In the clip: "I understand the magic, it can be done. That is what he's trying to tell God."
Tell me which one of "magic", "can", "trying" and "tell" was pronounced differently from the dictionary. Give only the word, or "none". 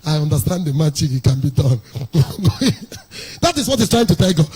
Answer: magic